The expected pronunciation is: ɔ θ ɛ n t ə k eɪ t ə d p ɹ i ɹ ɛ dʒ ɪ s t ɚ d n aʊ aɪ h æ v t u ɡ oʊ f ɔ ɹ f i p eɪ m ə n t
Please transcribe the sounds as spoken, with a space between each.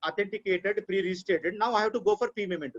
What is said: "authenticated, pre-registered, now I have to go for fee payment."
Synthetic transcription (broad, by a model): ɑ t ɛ n t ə k eɪ t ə d p ɹ i ɹ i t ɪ t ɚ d n aʊ aɪ h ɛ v t u ɡ oʊ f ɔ ɹ p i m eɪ m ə n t